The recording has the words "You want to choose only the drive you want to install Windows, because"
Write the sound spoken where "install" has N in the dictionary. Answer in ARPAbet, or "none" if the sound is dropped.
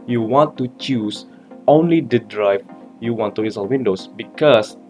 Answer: none